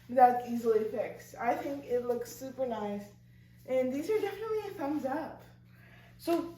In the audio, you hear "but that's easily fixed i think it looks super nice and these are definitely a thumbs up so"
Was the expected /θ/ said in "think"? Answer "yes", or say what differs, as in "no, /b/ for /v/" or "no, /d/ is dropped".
yes